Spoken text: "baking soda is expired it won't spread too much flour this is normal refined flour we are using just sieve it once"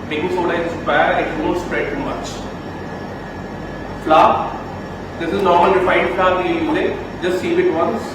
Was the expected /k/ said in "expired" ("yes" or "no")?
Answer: no